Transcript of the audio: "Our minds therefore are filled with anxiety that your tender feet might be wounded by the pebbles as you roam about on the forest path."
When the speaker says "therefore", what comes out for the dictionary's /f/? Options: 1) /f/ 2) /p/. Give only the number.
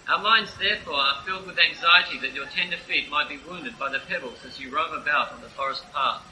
1